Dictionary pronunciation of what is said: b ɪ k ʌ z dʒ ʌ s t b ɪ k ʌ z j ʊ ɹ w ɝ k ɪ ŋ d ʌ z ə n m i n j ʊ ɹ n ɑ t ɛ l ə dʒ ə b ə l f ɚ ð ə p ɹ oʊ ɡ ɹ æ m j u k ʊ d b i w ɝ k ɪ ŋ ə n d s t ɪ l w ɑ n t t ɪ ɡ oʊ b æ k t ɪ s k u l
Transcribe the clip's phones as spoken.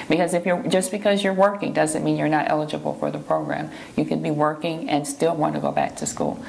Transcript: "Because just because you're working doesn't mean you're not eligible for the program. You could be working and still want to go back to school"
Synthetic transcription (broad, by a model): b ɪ k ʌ z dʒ ʌ s b ɪ k ʌ z j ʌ ɹ w ɝ k ɪ ŋ d ʌ z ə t m i n j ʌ ɹ n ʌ t ɛ l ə dʒ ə b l f ɚ ð ə p ɹ oʊ ɡ ɹ æ m j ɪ k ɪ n b i w ɝ k ɪ ŋ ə n s t ɪ l w ɑ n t t ɪ ɡ oʊ b æ k t ɪ s k u l